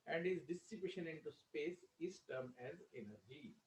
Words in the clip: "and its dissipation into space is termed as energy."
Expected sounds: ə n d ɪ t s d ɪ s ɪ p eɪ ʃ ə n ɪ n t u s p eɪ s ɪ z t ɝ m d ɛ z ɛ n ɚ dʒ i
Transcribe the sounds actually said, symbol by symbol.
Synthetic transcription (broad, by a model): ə n d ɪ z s d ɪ s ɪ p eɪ ʃ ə n ɪ n t u s p eɪ s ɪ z t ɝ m ɛ z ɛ n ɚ dʒ i